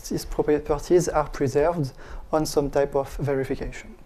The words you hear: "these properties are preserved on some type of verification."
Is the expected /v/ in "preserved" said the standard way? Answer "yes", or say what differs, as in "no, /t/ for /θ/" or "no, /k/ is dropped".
yes